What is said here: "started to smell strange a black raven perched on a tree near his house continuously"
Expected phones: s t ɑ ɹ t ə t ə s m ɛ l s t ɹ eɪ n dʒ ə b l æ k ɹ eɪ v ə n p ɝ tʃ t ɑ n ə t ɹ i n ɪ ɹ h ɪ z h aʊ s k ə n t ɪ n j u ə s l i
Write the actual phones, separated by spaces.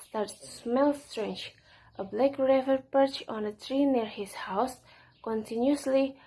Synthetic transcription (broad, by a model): s t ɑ ɹ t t s m ɛ l s t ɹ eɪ n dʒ ə b l æ k ɹ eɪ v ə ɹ p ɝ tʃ ɑ n ə t ɹ i n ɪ ɹ h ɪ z h aʊ s k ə n t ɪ n j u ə s l i